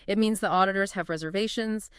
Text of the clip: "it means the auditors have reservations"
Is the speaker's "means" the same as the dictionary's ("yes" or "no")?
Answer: yes